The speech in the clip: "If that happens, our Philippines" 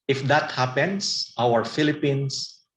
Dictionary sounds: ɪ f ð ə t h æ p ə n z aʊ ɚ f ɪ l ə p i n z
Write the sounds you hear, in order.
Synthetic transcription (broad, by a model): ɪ f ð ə t h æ p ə n s aʊ ɚ f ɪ l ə p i n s